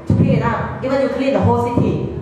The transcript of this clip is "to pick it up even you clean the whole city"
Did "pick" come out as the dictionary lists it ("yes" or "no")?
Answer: no